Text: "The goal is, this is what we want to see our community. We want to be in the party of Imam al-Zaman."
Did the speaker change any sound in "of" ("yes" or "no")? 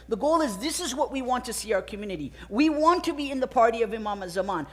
no